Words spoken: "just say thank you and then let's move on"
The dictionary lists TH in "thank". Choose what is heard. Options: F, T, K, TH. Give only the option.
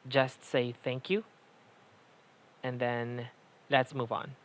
TH